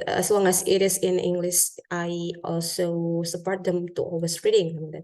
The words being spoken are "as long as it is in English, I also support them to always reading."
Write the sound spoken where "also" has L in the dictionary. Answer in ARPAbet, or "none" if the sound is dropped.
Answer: L